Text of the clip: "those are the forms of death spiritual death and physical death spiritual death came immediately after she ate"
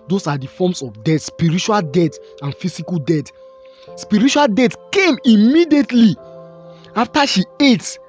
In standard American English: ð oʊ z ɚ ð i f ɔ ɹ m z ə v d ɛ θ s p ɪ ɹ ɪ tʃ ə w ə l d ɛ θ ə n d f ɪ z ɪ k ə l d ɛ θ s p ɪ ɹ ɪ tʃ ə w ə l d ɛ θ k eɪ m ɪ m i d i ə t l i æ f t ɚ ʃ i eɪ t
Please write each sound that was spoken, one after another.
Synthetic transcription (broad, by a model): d oʊ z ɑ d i f ɔ m s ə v d ɛ t s p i ɹ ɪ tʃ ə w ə l d ɛ t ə n f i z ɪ k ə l d ɛ t s p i ɹ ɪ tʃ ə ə l d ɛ t k eɪ m ɪ m i d i ə t l i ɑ f t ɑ ʃ i eɪ t